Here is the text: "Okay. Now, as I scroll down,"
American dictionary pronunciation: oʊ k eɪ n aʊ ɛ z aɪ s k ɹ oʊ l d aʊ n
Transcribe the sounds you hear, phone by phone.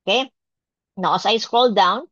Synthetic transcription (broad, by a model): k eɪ n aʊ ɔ s aɪ s k ɹ oʊ l d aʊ n